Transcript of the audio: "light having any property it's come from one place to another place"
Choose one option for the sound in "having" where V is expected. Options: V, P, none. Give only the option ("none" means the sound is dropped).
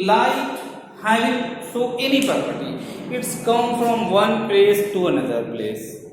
none